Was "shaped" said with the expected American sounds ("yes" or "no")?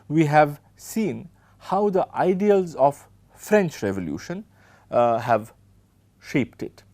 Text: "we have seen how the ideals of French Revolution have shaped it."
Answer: yes